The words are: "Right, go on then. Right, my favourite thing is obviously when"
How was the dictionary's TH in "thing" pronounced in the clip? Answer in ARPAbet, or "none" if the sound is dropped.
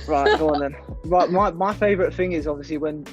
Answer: TH